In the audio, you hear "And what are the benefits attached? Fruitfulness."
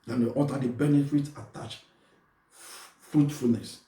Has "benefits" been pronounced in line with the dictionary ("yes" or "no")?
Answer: no